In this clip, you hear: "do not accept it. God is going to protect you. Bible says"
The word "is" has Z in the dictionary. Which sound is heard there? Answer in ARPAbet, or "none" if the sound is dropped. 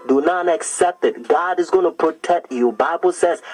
Z